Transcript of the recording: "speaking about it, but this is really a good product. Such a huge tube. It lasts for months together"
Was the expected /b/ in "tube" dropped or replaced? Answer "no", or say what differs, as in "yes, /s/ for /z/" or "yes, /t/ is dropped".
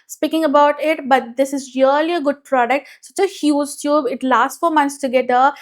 no